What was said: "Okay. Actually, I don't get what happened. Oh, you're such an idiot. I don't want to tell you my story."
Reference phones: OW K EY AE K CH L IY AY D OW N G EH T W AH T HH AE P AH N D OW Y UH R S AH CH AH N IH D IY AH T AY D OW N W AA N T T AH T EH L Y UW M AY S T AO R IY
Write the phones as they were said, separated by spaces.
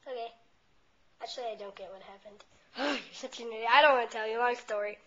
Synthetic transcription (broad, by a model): OW K EY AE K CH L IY AY D OW N G EH T W AH T HH AE P AH N D OW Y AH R S AH CH AH N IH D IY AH IH D OW N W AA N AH T EH L Y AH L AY S T AO R IY